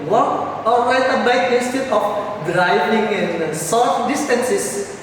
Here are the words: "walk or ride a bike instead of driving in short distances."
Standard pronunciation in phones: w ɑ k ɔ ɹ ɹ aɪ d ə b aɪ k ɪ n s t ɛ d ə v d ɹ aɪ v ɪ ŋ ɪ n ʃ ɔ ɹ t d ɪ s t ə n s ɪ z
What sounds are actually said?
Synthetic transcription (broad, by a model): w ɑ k ɔ ɹ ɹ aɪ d ə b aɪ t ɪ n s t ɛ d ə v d ɹ aɪ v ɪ ŋ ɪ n s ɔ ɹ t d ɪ s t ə n s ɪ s